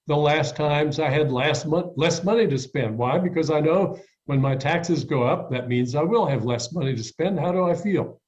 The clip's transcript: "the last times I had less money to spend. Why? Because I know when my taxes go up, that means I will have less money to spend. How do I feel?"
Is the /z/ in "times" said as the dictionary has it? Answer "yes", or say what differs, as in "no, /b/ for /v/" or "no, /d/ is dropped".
yes